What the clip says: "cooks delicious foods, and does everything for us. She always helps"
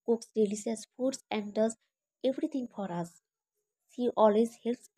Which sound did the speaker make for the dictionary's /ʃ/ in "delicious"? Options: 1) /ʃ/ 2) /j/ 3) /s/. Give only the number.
3